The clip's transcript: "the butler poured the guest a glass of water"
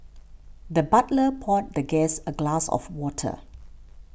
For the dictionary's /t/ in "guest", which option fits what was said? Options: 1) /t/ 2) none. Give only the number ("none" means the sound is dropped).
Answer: 2